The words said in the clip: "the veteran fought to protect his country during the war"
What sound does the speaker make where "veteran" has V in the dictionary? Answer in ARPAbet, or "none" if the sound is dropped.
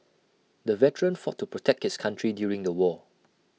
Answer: V